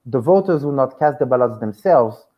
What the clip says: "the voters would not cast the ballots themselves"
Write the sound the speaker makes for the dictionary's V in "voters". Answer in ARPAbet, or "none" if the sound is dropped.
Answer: V